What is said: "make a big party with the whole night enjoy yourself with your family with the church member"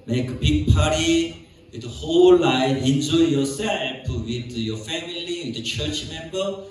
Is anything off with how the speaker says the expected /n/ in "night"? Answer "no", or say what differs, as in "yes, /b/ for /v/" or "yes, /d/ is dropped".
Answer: yes, /l/ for /n/